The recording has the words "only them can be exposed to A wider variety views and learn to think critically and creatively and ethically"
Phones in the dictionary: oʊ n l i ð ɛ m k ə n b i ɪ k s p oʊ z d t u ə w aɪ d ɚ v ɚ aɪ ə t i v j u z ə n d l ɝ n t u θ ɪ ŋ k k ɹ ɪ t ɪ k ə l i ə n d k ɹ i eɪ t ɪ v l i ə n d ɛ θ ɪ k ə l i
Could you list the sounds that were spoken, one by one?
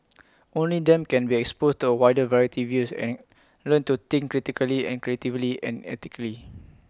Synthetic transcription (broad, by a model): oʊ n l i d ɛ m k ə n b i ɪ k s p oʊ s t u ə w aɪ d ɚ v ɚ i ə t i v j u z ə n l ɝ n t u t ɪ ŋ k k ɹ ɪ t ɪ k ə l i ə n k ɹ i eɪ t ɪ v l i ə n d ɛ t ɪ k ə l i